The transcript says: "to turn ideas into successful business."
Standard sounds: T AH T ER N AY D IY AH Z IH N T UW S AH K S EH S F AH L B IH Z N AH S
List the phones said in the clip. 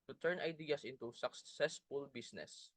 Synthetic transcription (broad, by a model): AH T ER N AY D IY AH S IH N T UW S AH K S EH S F AH L B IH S N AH S